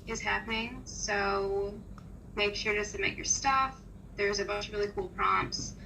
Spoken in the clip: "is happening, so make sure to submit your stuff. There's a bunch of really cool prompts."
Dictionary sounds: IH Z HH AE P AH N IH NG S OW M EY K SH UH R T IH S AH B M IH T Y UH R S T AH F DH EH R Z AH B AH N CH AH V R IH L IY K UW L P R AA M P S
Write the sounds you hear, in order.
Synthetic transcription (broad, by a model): IH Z HH AE P AH N IH NG S OW M EY K SH UH R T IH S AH M IH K Y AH R S T AH F DH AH R Z AH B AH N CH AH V R IH L IY K UW L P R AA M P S